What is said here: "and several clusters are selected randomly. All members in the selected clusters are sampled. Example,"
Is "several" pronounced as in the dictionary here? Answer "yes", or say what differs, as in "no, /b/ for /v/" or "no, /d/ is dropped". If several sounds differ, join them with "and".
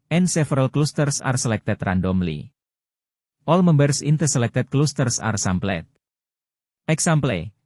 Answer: no, /f/ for /v/